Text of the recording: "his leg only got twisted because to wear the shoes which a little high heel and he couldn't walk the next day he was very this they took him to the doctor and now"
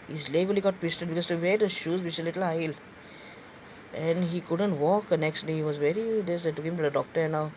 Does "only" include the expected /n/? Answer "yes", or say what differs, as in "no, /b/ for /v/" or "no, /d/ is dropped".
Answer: no, /n/ is dropped